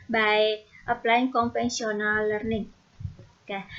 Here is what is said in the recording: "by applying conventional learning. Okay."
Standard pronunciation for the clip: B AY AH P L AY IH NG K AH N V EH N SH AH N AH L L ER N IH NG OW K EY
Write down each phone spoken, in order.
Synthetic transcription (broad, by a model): B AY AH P L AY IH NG K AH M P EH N S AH N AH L L ER N IH NG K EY